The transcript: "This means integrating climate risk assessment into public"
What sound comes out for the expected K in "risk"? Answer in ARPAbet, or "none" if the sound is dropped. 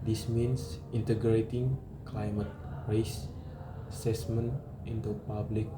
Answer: none